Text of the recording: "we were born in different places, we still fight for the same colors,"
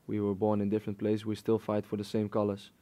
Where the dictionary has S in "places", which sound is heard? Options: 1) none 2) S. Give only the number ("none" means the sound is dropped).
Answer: 1